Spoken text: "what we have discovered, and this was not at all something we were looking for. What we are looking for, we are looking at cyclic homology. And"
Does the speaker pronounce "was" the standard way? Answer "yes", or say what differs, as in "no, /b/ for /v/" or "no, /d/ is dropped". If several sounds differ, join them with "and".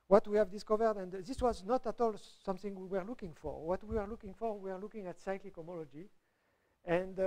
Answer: yes